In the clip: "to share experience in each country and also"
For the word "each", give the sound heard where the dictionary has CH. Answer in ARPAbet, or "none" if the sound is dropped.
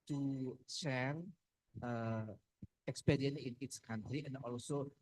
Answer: S